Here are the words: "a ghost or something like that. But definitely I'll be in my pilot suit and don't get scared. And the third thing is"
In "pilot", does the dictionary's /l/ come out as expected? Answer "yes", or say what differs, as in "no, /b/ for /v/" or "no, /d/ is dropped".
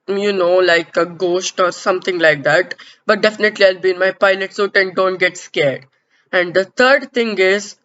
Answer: no, /n/ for /l/